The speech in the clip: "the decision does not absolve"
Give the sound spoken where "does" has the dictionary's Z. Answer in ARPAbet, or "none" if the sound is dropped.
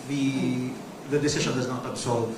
Z